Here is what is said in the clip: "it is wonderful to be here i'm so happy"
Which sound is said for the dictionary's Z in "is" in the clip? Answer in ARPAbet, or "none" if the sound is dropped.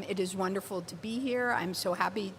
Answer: Z